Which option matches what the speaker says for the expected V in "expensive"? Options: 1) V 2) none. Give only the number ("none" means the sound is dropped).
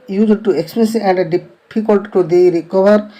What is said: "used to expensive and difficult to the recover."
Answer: 2